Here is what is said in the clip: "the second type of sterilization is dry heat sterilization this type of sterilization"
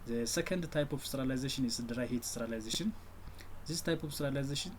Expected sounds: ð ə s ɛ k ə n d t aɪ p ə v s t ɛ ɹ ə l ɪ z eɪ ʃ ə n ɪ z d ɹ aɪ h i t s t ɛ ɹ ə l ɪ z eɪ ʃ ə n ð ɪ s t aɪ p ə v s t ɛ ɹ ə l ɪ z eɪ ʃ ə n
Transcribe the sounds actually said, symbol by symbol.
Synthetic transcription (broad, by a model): s ɛ k ə n d t aɪ p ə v s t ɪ ɹ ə l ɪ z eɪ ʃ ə n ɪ s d ɹ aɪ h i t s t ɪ ɹ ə l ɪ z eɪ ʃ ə n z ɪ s t aɪ p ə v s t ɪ ɹ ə l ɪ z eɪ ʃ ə n